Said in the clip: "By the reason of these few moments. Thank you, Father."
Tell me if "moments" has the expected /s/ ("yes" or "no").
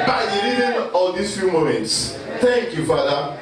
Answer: yes